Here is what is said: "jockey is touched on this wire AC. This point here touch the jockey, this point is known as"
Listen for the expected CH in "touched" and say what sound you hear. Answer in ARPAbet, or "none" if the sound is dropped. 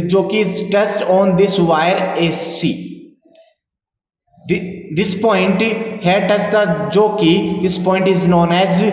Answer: S